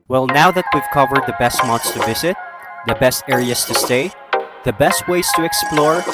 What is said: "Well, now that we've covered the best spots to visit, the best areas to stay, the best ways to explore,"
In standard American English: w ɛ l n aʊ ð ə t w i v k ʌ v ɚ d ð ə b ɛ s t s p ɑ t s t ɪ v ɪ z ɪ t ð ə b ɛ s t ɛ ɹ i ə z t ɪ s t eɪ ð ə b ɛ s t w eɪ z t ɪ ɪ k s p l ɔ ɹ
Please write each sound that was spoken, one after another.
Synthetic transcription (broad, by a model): w ɛ l n aʊ ð ə t w i v k ʌ v ɚ d ð ə b ɛ s t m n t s t ɪ v ɪ z ɪ t ð ə b ɛ s t ɛ ɹ i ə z t ɪ s t eɪ ð ə b ɛ s t w eɪ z t ɪ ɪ k s p l ɔ ɹ